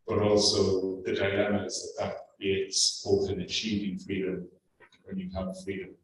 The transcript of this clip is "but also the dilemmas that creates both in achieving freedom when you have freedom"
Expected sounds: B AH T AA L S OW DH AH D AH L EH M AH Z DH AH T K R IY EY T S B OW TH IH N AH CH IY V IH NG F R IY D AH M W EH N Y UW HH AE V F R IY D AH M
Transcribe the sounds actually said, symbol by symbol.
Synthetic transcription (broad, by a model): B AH T AA L S OW DH AH D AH N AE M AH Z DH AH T K R IY EY T S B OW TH IH N AH CH IY V IH NG F R IY D AH M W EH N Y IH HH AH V F R IY D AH M